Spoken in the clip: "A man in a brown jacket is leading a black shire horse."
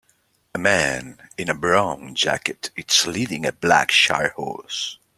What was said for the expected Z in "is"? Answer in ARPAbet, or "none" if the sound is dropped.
S